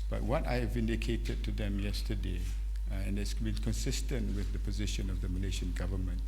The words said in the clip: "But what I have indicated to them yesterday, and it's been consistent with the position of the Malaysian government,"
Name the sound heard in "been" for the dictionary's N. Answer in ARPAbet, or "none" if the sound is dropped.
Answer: L